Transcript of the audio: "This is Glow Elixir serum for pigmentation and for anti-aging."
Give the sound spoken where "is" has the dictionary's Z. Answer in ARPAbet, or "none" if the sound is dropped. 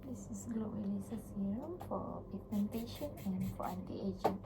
S